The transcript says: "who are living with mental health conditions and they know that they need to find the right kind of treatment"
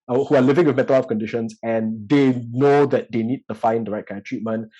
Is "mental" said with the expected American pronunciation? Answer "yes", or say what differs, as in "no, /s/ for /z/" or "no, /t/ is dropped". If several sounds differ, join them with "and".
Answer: no, /n/ is dropped